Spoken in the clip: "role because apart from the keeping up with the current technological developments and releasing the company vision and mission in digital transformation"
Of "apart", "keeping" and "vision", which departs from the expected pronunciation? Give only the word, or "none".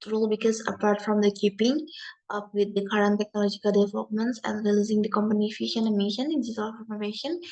vision